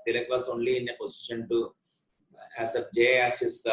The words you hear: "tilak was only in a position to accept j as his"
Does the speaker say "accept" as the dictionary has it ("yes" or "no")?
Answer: no